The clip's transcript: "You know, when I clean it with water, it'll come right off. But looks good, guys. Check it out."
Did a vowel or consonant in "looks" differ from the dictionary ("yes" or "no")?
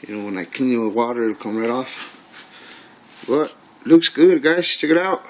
no